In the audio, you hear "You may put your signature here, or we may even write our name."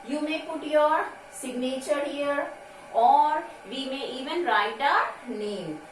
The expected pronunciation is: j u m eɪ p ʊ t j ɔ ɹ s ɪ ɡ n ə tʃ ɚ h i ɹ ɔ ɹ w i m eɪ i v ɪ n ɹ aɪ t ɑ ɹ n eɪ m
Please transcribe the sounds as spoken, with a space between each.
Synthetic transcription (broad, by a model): j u m eɪ p ʊ t j ɔ ɹ s ɪ ɡ n ə tʃ ɚ h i ɹ ɔ ɹ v i m eɪ i v ɪ n ɹ aɪ t ɑ ɹ n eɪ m